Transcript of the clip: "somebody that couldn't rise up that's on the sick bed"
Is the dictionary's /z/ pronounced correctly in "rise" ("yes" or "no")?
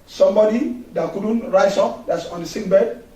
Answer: no